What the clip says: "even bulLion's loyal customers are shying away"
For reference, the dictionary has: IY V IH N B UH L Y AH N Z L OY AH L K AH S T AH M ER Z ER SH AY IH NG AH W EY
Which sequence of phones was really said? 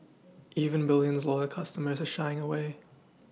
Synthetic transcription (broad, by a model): IY V IH N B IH L Y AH N Z L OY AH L K AH S T AH M ER Z ER SH AY IH NG AH W EY